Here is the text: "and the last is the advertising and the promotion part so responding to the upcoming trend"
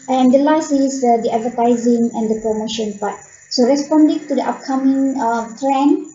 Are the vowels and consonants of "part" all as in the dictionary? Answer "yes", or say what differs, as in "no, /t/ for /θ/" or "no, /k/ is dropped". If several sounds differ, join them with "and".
no, /b/ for /p/